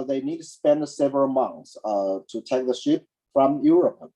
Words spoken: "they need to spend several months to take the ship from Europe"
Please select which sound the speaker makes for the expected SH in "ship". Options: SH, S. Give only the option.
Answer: SH